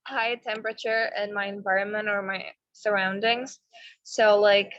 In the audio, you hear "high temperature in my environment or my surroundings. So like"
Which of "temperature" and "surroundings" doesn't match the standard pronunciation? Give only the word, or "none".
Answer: none